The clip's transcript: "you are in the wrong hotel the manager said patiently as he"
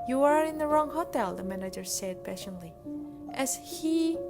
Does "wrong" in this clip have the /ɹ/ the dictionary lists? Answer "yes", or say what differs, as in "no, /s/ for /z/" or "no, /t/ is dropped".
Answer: yes